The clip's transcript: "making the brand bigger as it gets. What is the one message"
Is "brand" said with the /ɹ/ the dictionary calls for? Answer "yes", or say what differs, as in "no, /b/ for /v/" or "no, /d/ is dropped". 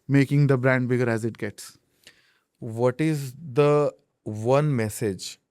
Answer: yes